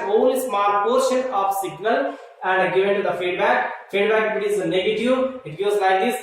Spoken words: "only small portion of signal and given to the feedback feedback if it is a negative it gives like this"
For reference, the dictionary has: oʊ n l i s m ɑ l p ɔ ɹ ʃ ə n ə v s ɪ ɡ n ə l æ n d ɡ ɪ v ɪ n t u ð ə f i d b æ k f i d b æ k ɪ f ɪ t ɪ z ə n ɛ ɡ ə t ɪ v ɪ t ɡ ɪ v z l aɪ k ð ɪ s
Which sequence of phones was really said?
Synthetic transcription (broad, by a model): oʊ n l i s m ɑ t p ɔ ɹ ʃ ə n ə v s ɪ ɡ n ə l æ n d ɡ ɪ v ɪ n t u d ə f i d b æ k f i d b æ k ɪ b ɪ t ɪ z ə n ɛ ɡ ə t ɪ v ɪ t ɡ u z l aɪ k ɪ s